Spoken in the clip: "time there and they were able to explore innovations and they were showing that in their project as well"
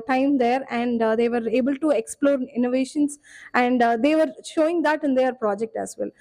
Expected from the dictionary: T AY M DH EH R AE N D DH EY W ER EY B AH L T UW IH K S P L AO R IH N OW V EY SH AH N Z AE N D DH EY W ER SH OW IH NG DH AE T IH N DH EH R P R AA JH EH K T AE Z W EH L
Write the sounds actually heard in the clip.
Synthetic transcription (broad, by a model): T AY M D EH R AE N D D EY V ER EY B AH L T UW IH K S P L AO R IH N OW V EY SH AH N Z AE N D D EY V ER SH OW IH NG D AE T IH N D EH R P R AA JH EH K T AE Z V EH L